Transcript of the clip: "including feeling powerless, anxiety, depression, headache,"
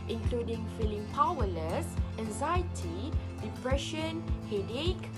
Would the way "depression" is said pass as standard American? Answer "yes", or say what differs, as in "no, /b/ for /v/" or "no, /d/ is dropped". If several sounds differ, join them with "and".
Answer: yes